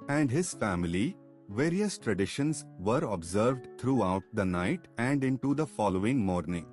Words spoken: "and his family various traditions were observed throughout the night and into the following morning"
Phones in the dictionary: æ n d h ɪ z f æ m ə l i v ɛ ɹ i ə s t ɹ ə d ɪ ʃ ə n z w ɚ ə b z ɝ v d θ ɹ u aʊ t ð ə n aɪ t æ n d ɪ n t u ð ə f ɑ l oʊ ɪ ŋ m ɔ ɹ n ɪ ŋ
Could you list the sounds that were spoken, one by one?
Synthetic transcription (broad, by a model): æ n d h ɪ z f æ m ə l i v ɛ ɹ i ə s t ɹ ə d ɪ ʃ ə n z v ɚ ə b z ɝ v d t ɹ u aʊ t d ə n aɪ t æ n d ɪ n t u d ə f ɑ l oʊ ɪ ŋ m ɔ ɹ n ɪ ŋ